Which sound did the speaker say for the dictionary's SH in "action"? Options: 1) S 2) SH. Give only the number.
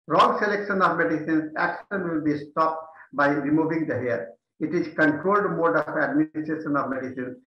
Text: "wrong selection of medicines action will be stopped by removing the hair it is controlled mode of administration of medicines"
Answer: 1